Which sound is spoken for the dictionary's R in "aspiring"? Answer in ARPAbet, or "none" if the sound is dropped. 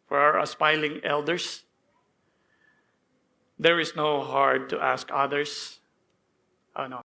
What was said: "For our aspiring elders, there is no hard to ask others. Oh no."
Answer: L